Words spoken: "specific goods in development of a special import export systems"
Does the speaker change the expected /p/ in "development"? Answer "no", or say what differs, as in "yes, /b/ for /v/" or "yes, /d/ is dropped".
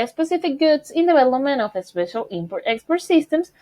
yes, /p/ is dropped